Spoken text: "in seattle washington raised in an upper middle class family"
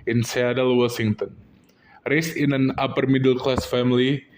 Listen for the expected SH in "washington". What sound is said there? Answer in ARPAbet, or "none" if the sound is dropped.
S